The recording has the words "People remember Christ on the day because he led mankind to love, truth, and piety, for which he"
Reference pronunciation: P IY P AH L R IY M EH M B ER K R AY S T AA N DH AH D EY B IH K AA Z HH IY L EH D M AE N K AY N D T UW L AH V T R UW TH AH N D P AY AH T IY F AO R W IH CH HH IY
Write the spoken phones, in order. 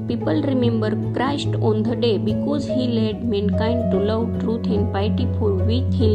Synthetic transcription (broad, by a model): P IY P AH L R IY M EH M B ER K R AY S T AA N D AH D EY B IH K AA Z HH IY L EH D M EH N K AY N D T UW L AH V T R UW T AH N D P AY T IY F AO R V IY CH HH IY